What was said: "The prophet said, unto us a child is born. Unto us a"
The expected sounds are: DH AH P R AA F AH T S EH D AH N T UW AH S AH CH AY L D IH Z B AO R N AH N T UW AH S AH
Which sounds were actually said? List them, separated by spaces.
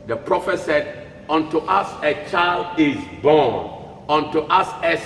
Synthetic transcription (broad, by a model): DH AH P R AA F AH T S EH D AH N T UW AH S AH CH AY L D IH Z B AO N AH N T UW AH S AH